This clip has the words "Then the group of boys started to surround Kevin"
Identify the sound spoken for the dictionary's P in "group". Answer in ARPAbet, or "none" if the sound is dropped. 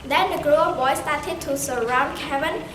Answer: none